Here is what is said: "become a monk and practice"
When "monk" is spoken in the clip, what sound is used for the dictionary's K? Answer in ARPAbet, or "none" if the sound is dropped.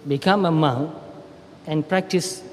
none